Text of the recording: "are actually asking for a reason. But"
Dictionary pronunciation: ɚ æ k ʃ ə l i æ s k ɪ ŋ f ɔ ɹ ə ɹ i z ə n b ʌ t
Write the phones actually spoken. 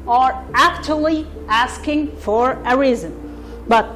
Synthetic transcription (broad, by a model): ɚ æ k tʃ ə l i æ s k ɪ ŋ f ɔ ɹ ə ɹ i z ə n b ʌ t